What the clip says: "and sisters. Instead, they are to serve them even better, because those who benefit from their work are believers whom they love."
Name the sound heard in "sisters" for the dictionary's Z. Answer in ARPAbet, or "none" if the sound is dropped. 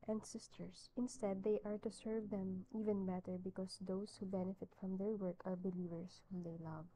S